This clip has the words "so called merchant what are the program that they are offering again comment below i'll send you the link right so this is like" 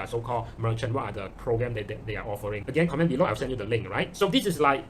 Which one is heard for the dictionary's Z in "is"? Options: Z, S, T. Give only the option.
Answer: S